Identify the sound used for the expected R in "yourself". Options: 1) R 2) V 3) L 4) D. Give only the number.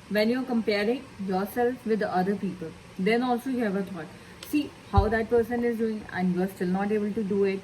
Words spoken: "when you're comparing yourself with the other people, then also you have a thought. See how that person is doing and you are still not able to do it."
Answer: 1